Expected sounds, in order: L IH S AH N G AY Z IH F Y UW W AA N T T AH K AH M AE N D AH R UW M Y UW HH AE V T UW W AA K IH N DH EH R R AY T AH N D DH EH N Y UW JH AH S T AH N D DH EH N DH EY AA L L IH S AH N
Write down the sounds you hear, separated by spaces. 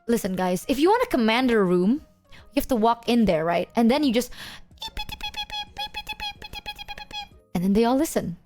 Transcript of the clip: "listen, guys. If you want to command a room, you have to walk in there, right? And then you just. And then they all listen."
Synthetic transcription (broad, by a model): L IH S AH N G AY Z IH F Y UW W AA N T T AH K AH M AE N D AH R UW M Y UW HH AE F T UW W AA K IH N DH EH R R AY T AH N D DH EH N Y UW JH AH S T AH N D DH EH N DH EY AA L L IH S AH N